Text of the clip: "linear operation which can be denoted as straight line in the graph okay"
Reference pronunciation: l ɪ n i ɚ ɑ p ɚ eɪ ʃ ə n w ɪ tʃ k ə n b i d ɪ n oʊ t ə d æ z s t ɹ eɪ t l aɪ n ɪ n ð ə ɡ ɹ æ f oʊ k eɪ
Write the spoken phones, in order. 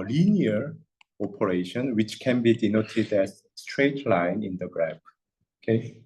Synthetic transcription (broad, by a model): l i n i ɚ ɑ p ɚ eɪ ʃ ə n w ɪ tʃ k ə n b i d ɪ n oʊ t ə d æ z s t ɹ eɪ t l aɪ n ɪ n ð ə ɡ ɹ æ p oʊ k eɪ